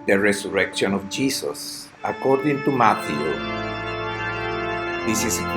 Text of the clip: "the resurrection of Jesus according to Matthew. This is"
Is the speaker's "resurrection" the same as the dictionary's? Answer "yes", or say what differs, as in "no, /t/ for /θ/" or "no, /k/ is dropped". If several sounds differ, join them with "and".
no, /s/ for /z/